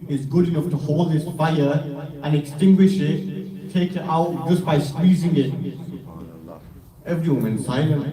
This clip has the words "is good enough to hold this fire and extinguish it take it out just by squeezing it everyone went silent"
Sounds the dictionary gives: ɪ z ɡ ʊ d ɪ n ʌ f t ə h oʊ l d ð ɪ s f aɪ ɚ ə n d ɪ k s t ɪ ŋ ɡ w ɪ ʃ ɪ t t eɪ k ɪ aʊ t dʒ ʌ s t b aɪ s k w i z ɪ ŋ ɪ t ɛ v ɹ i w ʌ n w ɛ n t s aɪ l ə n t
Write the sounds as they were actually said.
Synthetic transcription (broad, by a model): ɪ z ɡ ʊ d ɪ n ʌ f t ə h oʊ l d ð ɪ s f aɪ ɚ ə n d ɪ k s t ɪ ŋ ɡ w ɪ ʃ ɪ t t eɪ k ɪ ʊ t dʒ ʌ s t b aɪ s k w i z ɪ ŋ ɪ t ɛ v ɹ i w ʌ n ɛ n s aɪ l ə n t